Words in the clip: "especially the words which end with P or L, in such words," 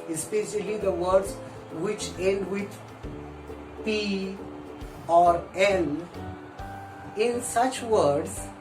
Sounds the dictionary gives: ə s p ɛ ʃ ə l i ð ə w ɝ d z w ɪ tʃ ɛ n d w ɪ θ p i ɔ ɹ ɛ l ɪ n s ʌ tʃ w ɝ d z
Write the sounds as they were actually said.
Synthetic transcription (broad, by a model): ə s p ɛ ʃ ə l i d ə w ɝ d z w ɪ tʃ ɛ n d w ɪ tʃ p i ɔ ɹ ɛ n ɪ n s ʌ tʃ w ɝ d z